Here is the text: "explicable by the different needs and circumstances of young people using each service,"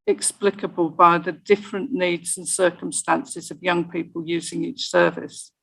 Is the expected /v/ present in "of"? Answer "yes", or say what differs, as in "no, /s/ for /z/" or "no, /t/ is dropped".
yes